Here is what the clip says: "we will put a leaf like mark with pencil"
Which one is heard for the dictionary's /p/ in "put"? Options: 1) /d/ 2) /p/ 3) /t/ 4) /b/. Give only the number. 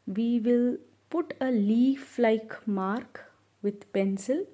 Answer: 2